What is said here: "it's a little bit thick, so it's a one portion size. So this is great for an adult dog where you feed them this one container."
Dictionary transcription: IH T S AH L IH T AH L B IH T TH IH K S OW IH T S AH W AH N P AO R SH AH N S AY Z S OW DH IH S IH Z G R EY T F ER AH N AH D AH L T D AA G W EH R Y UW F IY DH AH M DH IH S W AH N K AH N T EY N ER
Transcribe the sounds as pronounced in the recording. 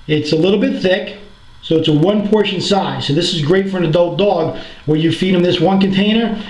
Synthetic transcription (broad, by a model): IH T S AH L IH T L B IH T TH IH K S OW IH T S AH W AH N P AO R SH AH N S AY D S OW DH IH S IH Z G R EY T F ER AH N AH D AH L T D AA G W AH R Y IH F IY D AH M DH IH S W AH N K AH N T EY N ER